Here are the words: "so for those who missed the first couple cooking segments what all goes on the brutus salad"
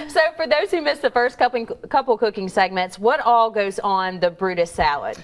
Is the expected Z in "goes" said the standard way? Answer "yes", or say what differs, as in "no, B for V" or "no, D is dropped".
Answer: yes